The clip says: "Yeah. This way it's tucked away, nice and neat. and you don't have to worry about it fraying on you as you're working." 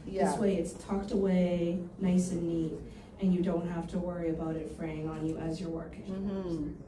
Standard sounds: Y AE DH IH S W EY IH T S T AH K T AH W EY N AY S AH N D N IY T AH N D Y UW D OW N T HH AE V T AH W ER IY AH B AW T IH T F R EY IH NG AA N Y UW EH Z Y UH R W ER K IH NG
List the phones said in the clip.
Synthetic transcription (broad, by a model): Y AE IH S W EY IH T S T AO K T AH W EY N AY S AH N N IY T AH N Y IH D OW N T HH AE F T AH W ER IY AH B AW T IH T F R EY IH NG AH N Y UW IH Z Y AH R W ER K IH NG